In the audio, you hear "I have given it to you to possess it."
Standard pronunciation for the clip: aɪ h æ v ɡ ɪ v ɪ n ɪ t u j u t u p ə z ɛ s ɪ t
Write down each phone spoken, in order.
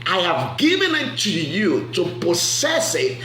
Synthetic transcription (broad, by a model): aɪ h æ v ɡ ɪ v ɪ n ɪ t u j u t u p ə s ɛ s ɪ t